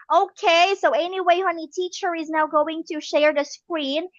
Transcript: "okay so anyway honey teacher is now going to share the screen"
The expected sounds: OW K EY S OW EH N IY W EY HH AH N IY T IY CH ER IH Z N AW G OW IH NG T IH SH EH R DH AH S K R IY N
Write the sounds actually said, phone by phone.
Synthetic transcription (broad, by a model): OW K EY S OW EH N IY W EY HH AH N IY T IY CH ER IH Z N AW G OW IH NG T IH SH EH R DH AH S K R IY N